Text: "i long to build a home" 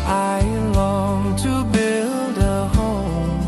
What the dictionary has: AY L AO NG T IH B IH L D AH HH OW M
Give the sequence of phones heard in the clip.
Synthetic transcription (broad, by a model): AY L AO NG T IH B IH L D AH HH OW M